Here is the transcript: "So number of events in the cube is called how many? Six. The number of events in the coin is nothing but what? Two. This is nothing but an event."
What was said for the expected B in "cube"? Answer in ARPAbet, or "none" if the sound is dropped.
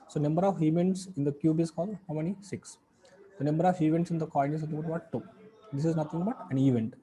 B